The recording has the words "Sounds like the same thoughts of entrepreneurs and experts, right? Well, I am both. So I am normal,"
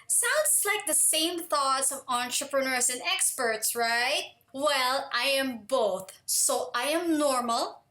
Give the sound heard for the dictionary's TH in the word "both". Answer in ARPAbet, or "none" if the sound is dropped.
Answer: TH